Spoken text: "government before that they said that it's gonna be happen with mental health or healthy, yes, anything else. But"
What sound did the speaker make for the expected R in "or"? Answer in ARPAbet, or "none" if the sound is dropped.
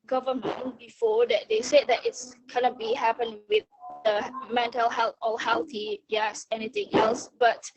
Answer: L